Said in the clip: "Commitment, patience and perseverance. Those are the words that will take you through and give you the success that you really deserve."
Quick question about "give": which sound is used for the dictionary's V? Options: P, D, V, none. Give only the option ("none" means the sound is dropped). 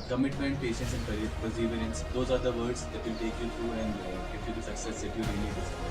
P